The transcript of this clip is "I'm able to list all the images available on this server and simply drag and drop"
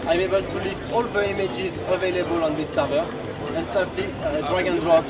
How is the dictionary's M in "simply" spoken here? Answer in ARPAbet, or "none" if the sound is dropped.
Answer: none